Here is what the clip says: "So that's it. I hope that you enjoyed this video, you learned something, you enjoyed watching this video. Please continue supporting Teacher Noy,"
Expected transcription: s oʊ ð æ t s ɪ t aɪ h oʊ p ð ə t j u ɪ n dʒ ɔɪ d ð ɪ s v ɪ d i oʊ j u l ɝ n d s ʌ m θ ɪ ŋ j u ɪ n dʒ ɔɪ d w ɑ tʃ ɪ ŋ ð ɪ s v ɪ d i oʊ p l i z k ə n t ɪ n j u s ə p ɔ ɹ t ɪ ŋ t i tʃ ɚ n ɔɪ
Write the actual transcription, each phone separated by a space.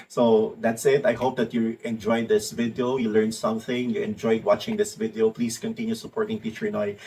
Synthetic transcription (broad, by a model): s oʊ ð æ t s ɪ t aɪ h oʊ p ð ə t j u ɪ n dʒ ɔɪ d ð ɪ s v ɪ d i oʊ j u l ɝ n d s ʌ m θ ɪ ŋ j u ɪ n dʒ ɔɪ d w ɑ tʃ ɪ ŋ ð ɪ s v ɪ d i oʊ p l i s k ə n t ɪ n j u s ə p ɔ ɹ t ɪ ŋ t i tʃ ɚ n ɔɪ